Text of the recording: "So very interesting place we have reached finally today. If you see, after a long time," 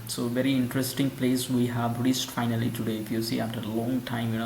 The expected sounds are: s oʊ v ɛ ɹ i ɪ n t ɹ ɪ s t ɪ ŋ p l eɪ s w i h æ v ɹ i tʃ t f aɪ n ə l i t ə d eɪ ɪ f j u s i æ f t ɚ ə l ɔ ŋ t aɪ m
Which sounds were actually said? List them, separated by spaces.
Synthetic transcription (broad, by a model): s oʊ v ɛ ɹ i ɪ n t ɹ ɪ s t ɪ ŋ p l eɪ s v i h æ v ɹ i s t f aɪ n ə l i t ə d eɪ ɪ f j u s i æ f t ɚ ə l ɔ ŋ t aɪ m